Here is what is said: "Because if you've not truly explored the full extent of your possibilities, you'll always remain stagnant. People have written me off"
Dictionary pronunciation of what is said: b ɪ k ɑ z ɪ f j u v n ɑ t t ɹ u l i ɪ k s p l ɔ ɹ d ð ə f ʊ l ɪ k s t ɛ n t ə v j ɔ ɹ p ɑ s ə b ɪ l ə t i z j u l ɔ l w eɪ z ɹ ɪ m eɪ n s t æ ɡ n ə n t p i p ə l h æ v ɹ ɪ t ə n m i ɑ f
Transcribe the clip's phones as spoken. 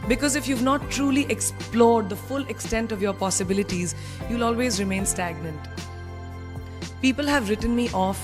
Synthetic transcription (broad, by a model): b ɪ k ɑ z ɪ f j u v n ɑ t t ɹ u l i ɪ k s p l ɔ ɹ d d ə f ʊ l ɪ k s t ɛ n t ə v j ɔ ɹ p ɑ s ə b ɪ l ə t i z j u l ɔ l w eɪ z ɹ ɪ m eɪ n s t æ ɡ n ə n t p i p ə l h æ v ɹ ɪ t ə n m i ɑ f